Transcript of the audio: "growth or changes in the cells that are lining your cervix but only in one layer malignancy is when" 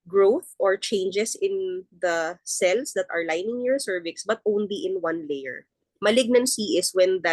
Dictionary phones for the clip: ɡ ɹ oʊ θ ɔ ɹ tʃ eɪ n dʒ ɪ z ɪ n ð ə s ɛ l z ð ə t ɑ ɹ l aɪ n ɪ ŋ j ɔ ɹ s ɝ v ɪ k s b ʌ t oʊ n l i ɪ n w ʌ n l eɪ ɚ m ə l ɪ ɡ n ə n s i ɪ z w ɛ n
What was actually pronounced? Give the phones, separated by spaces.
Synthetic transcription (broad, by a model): ɡ ɹ oʊ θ ɔ ɹ tʃ eɪ n dʒ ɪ s ɪ n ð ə s ɛ l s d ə t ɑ ɹ l aɪ n ɪ ŋ j ɔ ɹ s ɝ v ɪ k s b ʌ t oʊ n l i ɪ n w ʌ n l eɪ ɚ m ə l ɪ ɡ n ə n s i ɪ s w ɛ n